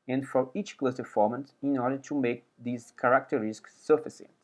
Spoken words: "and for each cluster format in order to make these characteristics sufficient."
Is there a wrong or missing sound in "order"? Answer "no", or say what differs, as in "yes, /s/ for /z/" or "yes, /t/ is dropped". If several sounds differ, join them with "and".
no